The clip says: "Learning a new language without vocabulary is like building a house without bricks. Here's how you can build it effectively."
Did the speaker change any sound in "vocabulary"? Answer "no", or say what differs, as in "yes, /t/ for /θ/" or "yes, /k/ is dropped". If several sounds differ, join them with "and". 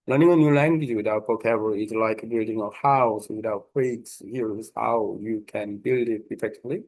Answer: yes, /w/ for /v/